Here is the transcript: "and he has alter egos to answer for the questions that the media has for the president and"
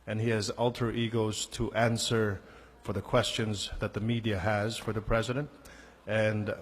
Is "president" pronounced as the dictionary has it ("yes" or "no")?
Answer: yes